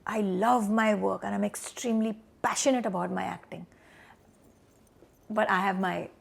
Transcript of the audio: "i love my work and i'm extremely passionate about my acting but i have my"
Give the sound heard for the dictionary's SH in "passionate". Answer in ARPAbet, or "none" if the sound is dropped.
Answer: SH